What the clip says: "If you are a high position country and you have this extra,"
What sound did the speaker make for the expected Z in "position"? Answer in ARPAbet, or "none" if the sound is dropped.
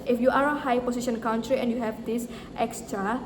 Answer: S